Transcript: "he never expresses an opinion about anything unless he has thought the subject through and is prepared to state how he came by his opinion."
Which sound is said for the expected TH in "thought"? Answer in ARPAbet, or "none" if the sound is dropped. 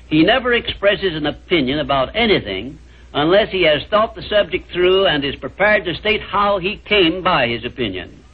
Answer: TH